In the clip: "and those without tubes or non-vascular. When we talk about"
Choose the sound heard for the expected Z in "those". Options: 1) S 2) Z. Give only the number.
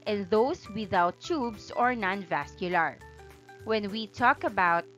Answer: 1